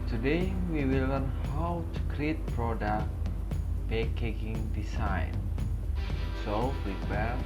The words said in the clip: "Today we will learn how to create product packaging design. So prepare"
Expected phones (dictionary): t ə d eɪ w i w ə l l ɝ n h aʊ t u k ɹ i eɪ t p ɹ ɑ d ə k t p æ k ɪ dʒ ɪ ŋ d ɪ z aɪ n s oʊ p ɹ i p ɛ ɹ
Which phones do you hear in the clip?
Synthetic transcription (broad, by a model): t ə d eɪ w i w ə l l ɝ n h aʊ t u k ɹ i eɪ t p ɹ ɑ d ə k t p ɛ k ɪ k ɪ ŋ d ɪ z aɪ n s oʊ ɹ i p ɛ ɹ